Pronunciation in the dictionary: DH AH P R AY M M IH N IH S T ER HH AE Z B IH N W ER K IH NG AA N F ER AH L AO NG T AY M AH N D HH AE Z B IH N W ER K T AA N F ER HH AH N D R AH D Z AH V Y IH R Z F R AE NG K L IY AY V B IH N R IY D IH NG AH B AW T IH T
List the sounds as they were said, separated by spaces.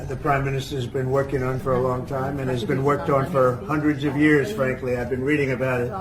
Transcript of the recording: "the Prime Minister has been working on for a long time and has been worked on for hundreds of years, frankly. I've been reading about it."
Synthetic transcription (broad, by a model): DH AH P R AY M M IH N IH S T ER Z B IH N W ER K IH NG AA N F ER AH L AO NG T AY M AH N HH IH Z B IH N W ER K T N F ER HH AH N D R AH D Z AH V Y IH R Z F R AE NG K L IY AY V B IH N R IY D IH NG AH B AW T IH T